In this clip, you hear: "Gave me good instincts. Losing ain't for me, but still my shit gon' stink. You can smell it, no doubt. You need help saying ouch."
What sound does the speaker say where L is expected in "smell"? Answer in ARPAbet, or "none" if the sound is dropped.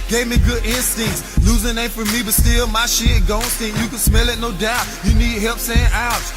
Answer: L